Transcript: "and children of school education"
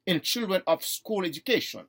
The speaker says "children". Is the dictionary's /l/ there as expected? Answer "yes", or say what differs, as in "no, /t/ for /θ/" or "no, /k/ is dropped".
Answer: yes